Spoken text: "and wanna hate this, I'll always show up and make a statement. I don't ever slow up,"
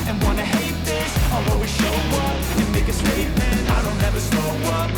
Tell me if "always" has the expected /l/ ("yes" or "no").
no